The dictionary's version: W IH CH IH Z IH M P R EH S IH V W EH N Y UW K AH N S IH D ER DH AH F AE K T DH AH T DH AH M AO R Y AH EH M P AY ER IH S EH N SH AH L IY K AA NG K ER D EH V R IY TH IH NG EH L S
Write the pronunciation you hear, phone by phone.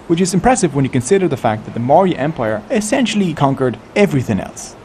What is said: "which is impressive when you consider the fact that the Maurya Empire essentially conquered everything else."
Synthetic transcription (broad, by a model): W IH CH IH Z IH M P R EH S IH V W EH N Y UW K AH N S IH D ER DH AH F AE K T DH AH T DH AH M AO R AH EH M P AY ER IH S EH N SH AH L IY K AA NG K ER D EH V R IY TH IH NG EH L S